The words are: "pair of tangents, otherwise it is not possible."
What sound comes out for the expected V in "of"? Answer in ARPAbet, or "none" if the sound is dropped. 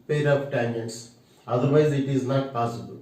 P